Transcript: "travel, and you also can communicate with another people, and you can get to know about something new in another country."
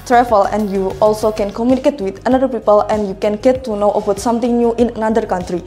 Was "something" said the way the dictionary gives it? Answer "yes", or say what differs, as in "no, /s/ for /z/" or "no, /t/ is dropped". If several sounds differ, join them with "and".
no, /t/ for /θ/